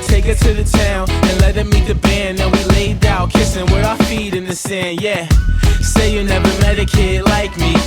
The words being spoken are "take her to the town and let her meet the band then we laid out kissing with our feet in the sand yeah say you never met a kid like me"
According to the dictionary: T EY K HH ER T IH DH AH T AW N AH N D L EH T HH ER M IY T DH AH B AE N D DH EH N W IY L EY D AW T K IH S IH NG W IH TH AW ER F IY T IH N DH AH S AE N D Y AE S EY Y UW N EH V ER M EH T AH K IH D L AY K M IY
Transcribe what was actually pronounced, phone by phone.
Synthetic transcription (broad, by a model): T EY K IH T IH DH AH T AW N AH N L EH T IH M IY T DH AH B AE N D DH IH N W IY L EY D AW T K IH S IH NG W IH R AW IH F IY T IH N DH AH S AE N D Y AE S EY Y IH N EH V ER M EH T AH K IH D L AY K M IY